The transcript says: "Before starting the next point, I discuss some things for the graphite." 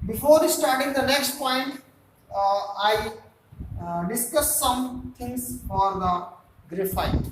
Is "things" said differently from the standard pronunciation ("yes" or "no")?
yes